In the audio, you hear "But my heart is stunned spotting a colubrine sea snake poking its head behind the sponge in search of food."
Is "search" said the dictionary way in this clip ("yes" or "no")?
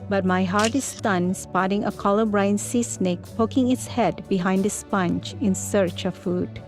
yes